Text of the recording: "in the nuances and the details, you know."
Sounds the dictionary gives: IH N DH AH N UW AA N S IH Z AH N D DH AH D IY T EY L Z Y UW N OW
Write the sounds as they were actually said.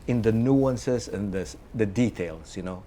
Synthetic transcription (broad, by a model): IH N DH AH N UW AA N S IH S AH N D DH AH D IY T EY L S Y UW N OW